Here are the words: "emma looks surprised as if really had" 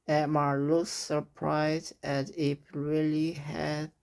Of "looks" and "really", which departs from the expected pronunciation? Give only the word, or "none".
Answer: looks